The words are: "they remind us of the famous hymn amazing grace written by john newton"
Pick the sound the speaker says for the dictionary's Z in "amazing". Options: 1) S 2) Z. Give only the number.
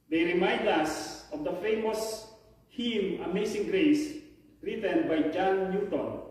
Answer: 1